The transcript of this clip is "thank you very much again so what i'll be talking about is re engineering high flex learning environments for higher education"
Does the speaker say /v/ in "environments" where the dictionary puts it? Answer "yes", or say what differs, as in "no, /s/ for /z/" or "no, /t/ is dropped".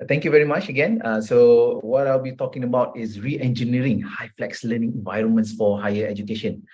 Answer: yes